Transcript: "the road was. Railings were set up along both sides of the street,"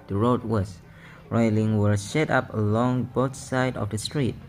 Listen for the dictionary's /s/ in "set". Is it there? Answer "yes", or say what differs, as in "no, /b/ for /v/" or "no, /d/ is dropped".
no, /ʃ/ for /s/